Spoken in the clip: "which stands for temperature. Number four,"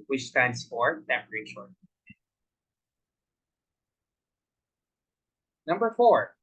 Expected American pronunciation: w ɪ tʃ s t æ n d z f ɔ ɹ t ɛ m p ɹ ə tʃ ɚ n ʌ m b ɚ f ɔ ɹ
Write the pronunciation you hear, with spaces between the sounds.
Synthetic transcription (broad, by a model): w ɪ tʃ s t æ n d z f ɔ ɹ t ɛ p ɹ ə ʃ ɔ n ʌ m b ɚ f ɔ ɹ